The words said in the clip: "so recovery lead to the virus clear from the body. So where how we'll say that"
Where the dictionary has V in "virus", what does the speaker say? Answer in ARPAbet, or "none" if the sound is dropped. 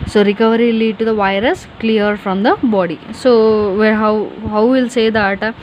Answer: V